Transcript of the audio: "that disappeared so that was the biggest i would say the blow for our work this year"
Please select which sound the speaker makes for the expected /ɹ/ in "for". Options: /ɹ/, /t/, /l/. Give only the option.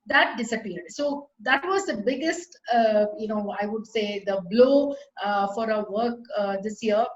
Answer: /ɹ/